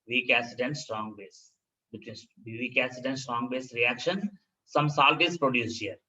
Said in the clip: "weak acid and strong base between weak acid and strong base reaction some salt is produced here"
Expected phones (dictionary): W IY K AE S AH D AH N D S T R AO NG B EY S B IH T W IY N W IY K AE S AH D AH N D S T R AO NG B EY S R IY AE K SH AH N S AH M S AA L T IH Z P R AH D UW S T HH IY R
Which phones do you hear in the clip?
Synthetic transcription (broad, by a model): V IY K AE S AH D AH N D S T R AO NG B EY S B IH T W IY N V IY K AE S AH D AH N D S T R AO NG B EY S R IY AE K SH AH N S AH M S AA L T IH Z P R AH D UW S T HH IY R